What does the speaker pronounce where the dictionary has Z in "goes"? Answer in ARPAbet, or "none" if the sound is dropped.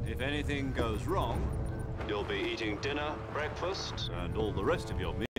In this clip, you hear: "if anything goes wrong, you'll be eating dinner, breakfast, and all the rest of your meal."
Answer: Z